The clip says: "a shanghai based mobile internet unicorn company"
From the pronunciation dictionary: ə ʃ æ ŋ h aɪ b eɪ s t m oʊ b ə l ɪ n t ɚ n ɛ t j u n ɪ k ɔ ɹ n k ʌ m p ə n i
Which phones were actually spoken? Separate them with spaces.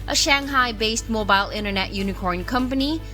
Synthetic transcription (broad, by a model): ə ʃ æ ŋ h aɪ b eɪ s t m oʊ b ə l ɪ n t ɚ n ɛ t j u n ɪ k ɔ ɹ n k ʌ m p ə n i